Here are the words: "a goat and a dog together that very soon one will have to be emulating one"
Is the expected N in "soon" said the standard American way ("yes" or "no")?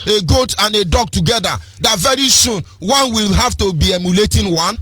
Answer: yes